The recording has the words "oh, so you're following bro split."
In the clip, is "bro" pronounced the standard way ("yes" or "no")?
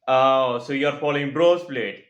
yes